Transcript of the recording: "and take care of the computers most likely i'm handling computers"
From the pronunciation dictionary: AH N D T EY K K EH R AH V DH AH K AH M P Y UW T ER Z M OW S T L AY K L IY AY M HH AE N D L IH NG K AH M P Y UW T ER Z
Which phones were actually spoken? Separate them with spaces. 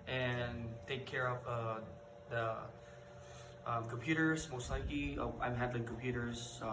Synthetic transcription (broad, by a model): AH N T EY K K EH R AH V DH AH K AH M P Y UW T ER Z M OW S T L AY K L IY AY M HH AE D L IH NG K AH M P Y UW T ER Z